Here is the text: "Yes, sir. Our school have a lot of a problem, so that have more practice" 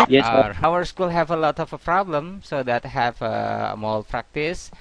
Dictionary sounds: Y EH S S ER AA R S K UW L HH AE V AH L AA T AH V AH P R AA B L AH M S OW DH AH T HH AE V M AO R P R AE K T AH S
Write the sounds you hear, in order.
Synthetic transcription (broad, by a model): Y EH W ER R S K UW L HH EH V AH L AA T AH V AH P R AA B L AH M S OW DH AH T HH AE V M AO L P R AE K T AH S